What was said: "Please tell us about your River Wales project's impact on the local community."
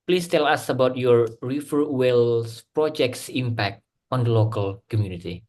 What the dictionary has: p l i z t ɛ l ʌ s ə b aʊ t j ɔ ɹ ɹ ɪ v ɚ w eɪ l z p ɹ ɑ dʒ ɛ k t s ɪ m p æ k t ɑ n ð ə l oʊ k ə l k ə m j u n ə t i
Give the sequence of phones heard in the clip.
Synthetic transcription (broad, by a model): p l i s t ɛ l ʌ s ə b aʊ t j ɔ ɹ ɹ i f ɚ w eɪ l s p ɹ ɑ dʒ ɛ k t s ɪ m p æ k t ɑ n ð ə l oʊ k ə l k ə m j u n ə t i